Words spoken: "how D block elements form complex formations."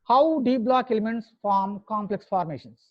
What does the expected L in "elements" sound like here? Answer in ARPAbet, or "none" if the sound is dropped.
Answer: L